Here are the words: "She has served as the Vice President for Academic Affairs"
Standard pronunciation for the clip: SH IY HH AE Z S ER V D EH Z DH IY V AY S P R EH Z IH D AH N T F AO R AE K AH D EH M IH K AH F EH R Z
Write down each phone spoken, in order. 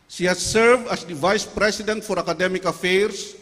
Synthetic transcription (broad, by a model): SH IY HH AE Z S ER V D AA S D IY V AY S P R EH S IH D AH N T F AO R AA K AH D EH M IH K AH F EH R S